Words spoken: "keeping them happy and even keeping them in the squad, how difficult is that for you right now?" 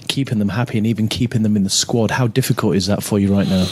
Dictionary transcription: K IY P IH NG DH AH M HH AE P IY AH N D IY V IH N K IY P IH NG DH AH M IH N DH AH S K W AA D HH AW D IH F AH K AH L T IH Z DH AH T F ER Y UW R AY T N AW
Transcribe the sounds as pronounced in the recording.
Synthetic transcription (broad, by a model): K IY P IH NG DH AH M HH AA P IY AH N IY V IH N K IY P IH NG DH AH M IH N DH AH S K W AA D HH AW D IH F AH K AH L T IH Z DH AH T F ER Y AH R AY T N AW